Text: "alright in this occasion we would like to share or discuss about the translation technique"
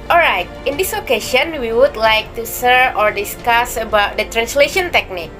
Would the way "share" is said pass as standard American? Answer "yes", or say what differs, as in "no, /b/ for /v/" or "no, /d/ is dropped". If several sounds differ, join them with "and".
no, /s/ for /ʃ/